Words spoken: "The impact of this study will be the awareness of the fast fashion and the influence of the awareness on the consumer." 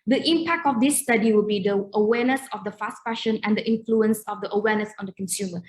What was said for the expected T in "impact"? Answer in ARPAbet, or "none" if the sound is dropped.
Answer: T